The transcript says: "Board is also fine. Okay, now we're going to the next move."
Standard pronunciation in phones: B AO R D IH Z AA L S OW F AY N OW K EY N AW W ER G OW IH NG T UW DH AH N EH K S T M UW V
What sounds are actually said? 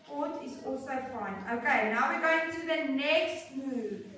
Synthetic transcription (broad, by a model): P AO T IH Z AA L S OW F AY N OW K EY N AW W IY G OW IH NG T UW DH AH N EH K S T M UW